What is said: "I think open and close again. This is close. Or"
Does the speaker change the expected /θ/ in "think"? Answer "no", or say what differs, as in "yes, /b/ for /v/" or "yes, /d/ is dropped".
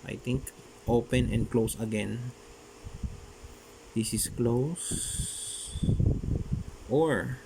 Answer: yes, /t/ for /θ/